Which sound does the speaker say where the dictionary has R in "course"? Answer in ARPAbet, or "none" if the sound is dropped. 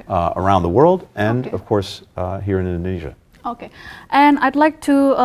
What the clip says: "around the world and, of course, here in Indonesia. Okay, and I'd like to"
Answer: R